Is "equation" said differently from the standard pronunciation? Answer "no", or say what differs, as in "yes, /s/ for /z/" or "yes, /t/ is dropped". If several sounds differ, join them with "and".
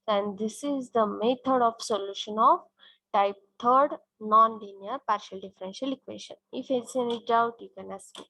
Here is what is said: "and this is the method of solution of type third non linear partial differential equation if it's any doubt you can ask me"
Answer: yes, /ʃ/ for /ʒ/